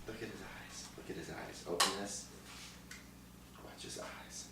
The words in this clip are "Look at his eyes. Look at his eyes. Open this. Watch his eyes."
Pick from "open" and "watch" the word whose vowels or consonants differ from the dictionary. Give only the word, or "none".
none